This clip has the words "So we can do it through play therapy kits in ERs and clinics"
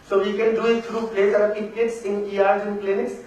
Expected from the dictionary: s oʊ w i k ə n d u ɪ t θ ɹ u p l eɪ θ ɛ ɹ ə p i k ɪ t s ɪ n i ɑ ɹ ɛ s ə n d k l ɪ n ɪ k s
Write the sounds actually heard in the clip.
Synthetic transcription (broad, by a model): s oʊ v i k ə n d u ɪ t t ɹ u p l eɪ s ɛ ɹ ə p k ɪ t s ɪ n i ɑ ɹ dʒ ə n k l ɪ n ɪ k s